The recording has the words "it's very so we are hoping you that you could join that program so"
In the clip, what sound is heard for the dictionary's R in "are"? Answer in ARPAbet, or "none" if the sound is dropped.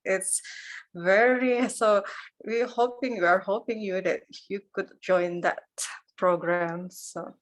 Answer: R